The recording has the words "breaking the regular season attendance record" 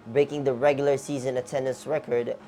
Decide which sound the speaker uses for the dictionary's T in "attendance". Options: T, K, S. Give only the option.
T